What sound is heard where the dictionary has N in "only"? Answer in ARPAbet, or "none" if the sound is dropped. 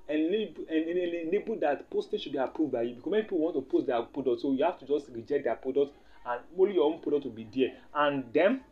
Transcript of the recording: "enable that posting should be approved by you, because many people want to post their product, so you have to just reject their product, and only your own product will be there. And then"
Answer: none